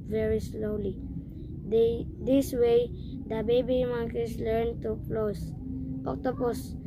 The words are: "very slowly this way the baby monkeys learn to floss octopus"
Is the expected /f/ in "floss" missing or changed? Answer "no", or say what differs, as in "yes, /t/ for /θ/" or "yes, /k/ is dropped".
yes, /p/ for /f/